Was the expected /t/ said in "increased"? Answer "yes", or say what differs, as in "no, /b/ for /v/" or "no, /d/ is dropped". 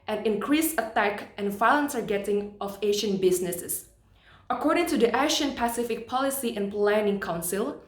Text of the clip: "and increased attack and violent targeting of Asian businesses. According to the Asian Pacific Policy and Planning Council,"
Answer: no, /t/ is dropped